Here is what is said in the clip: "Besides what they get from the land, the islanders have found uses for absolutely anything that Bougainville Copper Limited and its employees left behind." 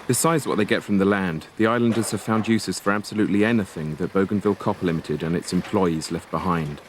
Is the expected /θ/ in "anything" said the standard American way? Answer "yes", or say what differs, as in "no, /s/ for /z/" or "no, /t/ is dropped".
yes